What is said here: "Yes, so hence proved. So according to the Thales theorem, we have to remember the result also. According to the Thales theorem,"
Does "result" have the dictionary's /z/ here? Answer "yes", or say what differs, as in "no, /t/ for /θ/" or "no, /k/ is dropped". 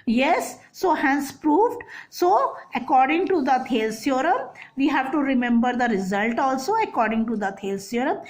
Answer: yes